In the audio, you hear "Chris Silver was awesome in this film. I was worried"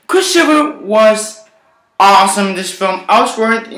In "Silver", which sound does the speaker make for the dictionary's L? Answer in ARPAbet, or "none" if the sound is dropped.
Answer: none